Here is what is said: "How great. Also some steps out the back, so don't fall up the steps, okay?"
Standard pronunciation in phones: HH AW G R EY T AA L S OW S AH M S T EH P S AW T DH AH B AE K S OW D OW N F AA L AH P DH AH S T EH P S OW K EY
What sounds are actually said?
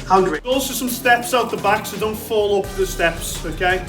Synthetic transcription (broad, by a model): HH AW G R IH AA L S OW S AH M S T EH P S AW T DH AH B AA K S OW D OW N F AA L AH P DH AH S T EH P S OW K EY